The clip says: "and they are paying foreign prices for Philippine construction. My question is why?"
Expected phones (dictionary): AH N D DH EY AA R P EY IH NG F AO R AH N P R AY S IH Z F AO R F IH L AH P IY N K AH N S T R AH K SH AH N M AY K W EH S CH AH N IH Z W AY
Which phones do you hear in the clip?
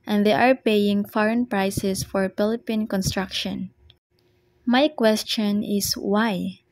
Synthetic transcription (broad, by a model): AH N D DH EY AA R P EY IH NG F AO R AH N P R AY S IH S F AO R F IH L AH P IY N K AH N S T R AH K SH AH N M AY K W EH S CH AH N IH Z W AY